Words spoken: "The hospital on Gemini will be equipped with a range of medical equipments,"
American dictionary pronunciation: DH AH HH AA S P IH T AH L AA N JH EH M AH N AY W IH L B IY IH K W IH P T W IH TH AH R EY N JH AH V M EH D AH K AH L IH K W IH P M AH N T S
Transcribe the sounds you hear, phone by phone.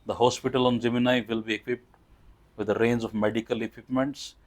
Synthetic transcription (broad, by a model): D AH HH AA S P IH T AH L AA N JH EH M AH N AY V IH L B IY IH K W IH P T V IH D AH R EY N JH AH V M EH D AH K AH L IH K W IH P M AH N T S